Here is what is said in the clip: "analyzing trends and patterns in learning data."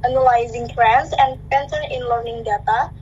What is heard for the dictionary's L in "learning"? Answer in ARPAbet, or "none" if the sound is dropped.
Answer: L